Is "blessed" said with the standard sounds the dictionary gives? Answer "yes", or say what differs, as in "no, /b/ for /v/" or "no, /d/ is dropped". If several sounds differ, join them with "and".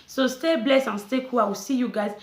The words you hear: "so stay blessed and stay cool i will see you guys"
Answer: no, /t/ is dropped